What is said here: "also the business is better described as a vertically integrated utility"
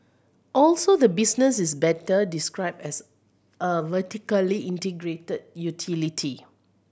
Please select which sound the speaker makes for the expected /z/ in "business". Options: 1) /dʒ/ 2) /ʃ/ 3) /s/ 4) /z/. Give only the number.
3